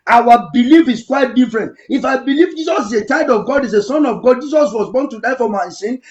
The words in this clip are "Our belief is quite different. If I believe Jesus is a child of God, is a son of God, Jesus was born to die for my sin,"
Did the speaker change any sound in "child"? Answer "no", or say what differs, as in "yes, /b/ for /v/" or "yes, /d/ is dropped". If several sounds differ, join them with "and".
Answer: yes, /l/ is dropped